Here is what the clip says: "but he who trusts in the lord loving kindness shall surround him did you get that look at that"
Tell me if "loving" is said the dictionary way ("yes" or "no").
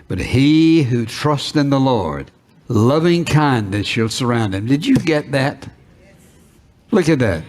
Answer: yes